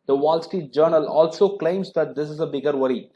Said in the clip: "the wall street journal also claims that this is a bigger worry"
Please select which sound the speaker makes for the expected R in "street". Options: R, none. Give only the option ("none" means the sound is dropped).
none